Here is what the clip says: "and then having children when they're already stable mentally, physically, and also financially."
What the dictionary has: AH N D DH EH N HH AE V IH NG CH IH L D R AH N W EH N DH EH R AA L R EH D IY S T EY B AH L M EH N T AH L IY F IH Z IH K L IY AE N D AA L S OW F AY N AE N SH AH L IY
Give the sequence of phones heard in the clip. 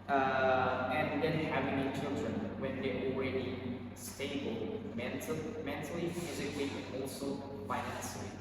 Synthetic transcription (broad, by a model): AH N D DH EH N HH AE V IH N CH IH L D R AH N W EH N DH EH AA L R EH D IY S T EY B AH L M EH N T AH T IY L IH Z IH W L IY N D AA L S OW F AY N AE N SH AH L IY